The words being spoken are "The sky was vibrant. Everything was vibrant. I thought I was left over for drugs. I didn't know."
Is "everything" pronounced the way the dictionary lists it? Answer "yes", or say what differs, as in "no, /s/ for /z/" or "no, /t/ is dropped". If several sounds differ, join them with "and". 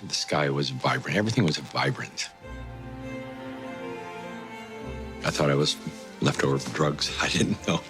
yes